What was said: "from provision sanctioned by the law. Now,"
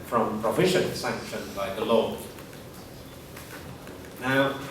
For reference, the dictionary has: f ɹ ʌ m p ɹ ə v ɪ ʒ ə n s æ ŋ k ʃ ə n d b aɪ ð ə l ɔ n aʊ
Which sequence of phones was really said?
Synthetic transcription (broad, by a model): f ɹ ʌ m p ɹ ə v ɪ ʃ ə n s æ ŋ k ʃ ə n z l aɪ ð ə l ɔ n aʊ